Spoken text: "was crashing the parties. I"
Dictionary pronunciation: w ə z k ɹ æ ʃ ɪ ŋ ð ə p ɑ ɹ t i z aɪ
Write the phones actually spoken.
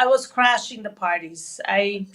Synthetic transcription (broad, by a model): w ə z k ɹ æ ʃ ɪ ŋ ð ə p ɑ ɹ t i z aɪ